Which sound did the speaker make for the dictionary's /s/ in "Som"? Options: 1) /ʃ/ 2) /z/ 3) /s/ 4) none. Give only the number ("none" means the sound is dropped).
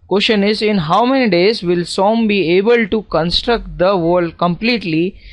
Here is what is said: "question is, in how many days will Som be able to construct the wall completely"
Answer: 3